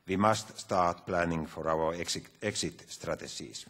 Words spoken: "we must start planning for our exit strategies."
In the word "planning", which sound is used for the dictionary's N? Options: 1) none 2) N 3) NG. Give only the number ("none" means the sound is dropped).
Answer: 2